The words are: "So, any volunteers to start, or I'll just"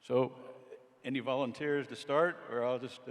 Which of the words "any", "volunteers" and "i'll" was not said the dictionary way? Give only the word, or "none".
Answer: none